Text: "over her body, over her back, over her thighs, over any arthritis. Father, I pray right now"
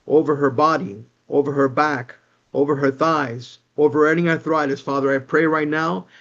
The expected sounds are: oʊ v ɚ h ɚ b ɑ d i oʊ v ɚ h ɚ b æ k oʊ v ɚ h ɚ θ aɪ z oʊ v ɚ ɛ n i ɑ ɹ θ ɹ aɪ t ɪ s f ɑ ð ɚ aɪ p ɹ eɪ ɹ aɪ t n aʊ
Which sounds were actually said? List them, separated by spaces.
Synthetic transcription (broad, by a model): oʊ v ɚ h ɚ b ɑ d i oʊ v ɚ h ɚ b æ k oʊ v ɚ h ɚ θ aɪ z oʊ v ɚ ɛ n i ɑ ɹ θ ɹ aɪ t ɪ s f ɑ ð ɚ aɪ p ɹ eɪ ɹ aɪ t n aʊ